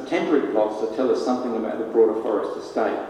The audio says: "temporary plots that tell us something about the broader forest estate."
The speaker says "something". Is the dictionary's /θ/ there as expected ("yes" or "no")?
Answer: yes